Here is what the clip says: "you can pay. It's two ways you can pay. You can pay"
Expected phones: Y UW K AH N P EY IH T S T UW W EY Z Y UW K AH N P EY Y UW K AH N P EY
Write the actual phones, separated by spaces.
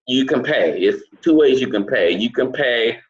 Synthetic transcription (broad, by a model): Y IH K AH N P EY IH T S T UW W EY Z Y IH K AH N P EY Y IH K AH N P EY